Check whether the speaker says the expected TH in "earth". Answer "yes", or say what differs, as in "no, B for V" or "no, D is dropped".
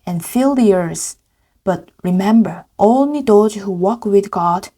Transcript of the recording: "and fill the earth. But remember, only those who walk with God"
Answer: no, S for TH